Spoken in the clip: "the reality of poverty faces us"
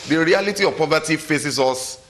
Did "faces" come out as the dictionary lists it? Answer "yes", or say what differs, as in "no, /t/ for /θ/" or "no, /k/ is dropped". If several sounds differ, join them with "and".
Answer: no, /s/ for /z/